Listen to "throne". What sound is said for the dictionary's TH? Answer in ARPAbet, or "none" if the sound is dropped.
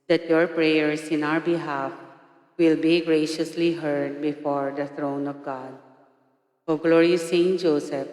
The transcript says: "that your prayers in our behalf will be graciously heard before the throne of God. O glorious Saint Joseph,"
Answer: T